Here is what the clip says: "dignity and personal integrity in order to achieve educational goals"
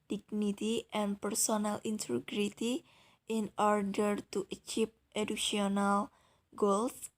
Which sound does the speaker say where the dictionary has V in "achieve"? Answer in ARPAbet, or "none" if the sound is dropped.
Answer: P